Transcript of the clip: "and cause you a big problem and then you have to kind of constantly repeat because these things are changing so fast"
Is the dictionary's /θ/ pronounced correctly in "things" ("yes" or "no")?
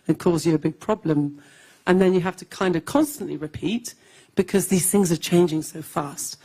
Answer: yes